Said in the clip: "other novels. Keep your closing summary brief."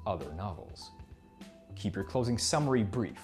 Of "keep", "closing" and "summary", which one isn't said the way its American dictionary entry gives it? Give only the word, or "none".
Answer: none